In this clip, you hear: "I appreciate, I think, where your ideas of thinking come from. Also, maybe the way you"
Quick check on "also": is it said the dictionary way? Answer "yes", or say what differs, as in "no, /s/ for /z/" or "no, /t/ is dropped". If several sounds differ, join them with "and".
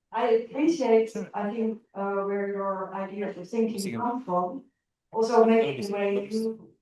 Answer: yes